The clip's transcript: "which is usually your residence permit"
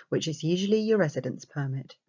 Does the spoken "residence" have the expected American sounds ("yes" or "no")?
yes